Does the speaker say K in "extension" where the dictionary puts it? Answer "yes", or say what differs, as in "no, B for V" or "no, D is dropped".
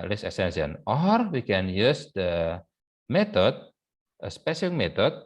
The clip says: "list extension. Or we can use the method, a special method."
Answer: no, K is dropped